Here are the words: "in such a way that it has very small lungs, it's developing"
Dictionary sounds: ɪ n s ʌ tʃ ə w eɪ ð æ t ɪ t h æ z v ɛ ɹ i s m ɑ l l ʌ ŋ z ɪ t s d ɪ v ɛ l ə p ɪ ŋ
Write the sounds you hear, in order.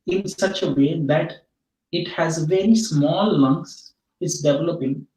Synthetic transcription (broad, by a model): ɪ n s ʌ tʃ ə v eɪ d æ t ɪ t h æ z v ɛ ɹ i s m ɑ l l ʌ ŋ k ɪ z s d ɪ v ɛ l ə p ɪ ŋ